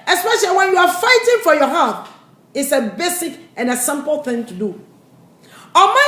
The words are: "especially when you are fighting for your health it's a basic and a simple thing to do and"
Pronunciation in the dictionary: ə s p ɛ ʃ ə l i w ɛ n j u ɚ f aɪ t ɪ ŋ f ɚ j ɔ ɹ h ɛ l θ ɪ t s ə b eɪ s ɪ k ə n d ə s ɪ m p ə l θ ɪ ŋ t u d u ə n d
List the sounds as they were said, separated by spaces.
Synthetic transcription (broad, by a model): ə s p ɛ ʃ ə l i w ɛ n j u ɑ f aɪ t ɪ ŋ f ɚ j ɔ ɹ h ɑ θ ɪ t s ə b eɪ s ɪ k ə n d ə s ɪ m p l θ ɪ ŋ t u d u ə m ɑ